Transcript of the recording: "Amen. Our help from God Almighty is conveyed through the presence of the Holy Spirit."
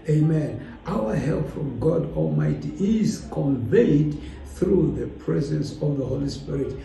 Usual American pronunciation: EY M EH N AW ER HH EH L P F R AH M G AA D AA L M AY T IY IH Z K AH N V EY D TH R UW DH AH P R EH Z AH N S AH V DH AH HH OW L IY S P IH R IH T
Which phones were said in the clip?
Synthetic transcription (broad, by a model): EY M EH N AW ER HH EH L P F R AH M G AA D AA L M AY T IY IH Z K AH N V EY D TH R UW DH AH P R EH Z AH N S AH V DH AH HH OW L IY S P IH R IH T